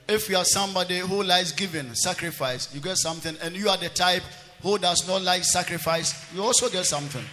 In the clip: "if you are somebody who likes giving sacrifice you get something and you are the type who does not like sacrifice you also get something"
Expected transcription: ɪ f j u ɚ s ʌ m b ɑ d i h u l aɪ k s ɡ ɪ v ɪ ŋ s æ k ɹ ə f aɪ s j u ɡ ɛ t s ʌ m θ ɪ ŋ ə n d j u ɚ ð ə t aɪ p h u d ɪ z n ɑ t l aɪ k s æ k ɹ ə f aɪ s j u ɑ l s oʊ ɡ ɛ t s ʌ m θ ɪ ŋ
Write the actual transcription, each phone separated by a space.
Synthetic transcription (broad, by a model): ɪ f j u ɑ s ʌ m b ɑ d i h u l aɪ s ɡ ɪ v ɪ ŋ s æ k ɹ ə f aɪ s j u ɡ ɛ t s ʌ m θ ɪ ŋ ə n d j u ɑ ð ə t aɪ p h u d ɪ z n ɑ t l aɪ k s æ k ɹ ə f aɪ s j u ɑ l s oʊ ɡ ɛ t s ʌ m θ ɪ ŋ